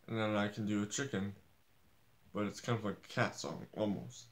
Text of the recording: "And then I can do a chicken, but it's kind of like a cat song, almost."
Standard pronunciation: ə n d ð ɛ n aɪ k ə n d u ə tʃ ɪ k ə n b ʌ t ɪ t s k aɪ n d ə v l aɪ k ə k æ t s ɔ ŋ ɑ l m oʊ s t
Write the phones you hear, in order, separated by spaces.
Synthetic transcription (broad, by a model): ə n ð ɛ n aɪ k n d ə tʃ ɪ k ə n b ʌ t ɪ t s k aɪ n d ə v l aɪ ə k æ t s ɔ ŋ ɑ l m oʊ s t